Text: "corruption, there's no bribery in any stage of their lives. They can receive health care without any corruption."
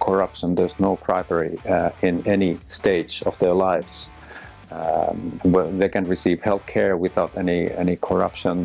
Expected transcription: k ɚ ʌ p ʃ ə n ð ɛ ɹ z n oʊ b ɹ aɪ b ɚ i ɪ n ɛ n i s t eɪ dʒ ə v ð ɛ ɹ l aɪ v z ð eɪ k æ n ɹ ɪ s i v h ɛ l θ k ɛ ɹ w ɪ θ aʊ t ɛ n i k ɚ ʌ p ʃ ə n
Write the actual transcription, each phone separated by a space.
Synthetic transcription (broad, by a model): k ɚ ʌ p ʃ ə n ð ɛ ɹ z n oʊ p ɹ aɪ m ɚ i ɪ n ɛ n i s t eɪ dʒ ə v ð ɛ ɹ l aɪ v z ð eɪ k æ n ɹ ɪ s i v h ɛ l θ k ɛ ɹ w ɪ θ aʊ t ɛ n i k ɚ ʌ p ʃ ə n